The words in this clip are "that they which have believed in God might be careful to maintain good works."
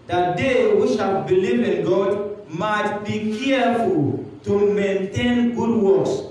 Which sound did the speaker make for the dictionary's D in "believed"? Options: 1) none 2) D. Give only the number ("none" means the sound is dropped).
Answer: 1